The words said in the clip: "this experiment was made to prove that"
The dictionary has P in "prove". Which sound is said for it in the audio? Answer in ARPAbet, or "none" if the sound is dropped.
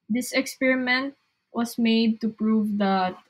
P